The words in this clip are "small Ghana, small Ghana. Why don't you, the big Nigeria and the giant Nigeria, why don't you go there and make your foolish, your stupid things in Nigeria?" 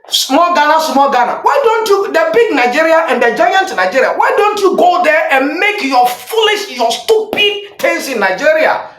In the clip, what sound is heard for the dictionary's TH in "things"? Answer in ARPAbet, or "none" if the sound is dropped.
T